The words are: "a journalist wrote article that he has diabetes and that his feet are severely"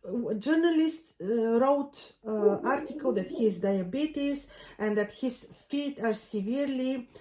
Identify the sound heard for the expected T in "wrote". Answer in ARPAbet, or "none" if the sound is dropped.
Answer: T